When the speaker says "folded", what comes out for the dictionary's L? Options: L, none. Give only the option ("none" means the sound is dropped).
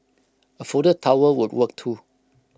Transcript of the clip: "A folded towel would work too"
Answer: none